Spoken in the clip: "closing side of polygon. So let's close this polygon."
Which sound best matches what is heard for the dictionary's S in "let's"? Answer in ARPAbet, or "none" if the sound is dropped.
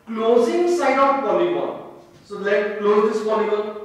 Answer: none